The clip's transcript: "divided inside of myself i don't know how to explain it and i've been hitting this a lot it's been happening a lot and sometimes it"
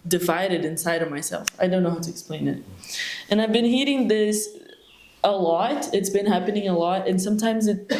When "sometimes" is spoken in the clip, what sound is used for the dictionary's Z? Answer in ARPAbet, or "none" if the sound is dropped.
Z